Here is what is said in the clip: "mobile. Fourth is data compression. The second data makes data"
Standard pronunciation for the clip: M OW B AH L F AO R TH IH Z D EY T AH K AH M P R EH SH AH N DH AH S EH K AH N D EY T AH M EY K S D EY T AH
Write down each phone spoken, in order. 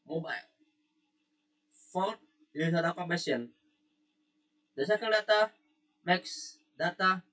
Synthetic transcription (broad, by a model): M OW B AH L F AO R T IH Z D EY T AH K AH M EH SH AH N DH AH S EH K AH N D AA T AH M EY K S D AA T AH